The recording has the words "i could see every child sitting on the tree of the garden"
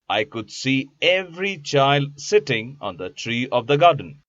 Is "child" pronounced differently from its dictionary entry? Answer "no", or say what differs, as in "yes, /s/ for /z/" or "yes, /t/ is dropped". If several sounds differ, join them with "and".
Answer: no